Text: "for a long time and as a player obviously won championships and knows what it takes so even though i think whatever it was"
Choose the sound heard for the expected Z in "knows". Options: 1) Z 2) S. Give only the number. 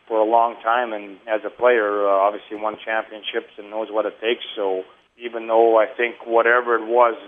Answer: 1